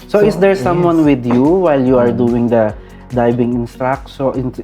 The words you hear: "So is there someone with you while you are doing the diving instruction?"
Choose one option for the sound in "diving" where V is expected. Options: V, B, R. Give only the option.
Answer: B